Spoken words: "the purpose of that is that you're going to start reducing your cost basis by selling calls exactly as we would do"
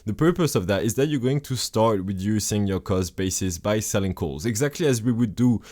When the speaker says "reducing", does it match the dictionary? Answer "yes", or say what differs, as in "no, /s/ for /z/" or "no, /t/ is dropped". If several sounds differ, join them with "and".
no, /w/ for /ɹ/